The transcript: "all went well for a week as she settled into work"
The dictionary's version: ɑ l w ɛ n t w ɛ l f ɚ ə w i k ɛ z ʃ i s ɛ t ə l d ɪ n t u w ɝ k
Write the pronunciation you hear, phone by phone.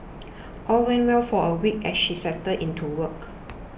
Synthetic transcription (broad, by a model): ɑ l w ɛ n w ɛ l f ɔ ə w i k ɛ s ʃ i s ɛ t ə d ɪ n t u w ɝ k